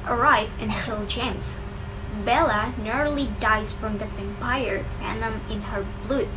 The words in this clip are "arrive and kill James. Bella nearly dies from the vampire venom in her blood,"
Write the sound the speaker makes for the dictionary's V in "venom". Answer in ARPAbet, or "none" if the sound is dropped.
F